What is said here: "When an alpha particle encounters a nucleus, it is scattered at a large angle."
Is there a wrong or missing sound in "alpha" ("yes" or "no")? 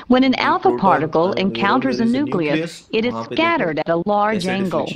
no